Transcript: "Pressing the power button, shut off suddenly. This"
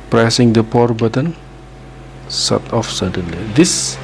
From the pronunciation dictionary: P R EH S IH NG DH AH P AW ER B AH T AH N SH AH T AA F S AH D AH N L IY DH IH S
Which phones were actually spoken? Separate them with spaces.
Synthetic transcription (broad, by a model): P R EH S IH NG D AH P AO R B AH T AH N S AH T AA F S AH D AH N L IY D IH S